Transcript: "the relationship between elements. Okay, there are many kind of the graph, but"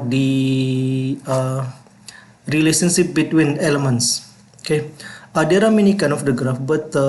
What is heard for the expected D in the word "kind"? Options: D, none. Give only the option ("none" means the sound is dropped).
none